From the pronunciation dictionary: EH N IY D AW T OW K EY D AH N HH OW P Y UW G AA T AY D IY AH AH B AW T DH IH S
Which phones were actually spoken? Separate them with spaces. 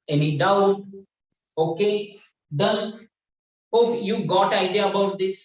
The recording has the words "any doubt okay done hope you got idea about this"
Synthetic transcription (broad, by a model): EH N IY D AW T OW K EY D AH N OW F Y UW G AA T AY D IY AH AH B AW T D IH S